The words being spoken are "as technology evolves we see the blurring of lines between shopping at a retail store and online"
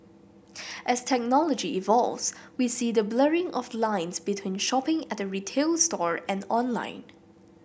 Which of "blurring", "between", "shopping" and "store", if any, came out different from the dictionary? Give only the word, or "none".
none